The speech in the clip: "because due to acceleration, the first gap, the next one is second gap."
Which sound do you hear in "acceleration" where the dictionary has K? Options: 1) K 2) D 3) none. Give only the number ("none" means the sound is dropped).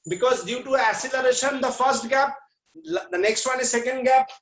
3